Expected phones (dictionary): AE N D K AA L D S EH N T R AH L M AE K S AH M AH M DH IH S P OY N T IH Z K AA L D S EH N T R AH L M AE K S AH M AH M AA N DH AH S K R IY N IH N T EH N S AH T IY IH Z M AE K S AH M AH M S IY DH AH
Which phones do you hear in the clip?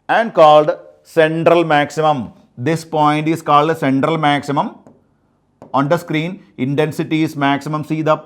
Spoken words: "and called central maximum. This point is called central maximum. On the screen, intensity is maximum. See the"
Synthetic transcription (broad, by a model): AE N D K AA L D S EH N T R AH L M AE K S AH M AH M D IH S P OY N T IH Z K AA L D S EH N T R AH L M AE K S AH M AH M AA N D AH S K R IY N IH N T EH N S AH T IY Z M AE K S AH M AH M S IY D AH